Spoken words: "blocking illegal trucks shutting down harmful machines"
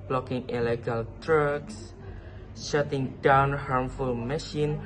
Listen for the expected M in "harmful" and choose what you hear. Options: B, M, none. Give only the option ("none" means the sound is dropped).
M